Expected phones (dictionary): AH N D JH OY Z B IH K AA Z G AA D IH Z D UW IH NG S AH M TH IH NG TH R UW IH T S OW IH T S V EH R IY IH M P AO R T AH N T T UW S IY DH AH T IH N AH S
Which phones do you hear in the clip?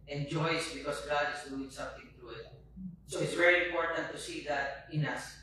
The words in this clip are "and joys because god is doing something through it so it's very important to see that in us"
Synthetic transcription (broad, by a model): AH N JH OY S B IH K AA S G AA D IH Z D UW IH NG S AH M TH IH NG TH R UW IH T S OW IH T S V EH R IY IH M P AO R T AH N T T UW S IY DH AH T IH N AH S